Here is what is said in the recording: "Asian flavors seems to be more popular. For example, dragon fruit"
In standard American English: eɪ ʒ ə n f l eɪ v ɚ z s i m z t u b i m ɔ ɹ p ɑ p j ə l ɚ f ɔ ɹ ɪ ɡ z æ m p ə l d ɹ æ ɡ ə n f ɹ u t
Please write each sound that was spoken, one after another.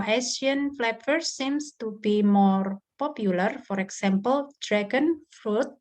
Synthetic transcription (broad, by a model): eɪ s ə n f l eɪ p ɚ s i m s t u b i m ɔ ɹ p ɑ p j ə l ɚ f ɔ ɹ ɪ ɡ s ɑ m p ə l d ɹ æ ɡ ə n f ɹ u t